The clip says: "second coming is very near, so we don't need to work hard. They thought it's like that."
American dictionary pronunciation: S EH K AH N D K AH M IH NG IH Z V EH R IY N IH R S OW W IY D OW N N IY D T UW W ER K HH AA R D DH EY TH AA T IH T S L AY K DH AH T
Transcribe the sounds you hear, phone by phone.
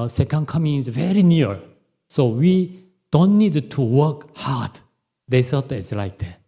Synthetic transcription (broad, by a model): S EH K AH N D K AH M IH NG IH Z V EH R IY N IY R S OW W IY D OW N N IY D T UW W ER K HH AA R D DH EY S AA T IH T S L AY K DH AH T